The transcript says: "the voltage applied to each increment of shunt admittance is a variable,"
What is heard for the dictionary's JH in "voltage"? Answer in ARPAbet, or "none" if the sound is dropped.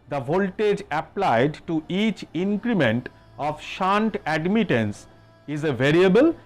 JH